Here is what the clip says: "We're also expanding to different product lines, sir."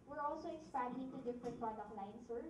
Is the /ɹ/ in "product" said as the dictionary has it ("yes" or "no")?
no